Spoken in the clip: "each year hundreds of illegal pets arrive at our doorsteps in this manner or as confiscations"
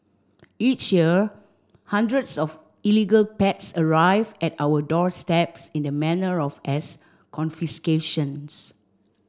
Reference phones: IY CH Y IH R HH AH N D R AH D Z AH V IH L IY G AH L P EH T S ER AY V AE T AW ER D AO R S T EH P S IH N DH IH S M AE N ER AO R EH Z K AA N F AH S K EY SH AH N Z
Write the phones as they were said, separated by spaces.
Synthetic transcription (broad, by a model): IY CH Y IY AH HH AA N D R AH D S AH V IH L IY G AH L P EH T S ER AY V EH T AW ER D AO R S T EH P S IH N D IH M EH N ER AO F EH S K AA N F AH S K EY SH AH N S